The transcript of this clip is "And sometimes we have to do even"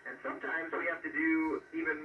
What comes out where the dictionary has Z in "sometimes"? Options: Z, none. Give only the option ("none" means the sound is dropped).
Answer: Z